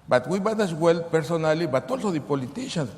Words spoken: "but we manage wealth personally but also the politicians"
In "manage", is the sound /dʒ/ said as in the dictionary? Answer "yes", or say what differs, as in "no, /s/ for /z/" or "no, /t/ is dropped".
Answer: no, /tʃ/ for /dʒ/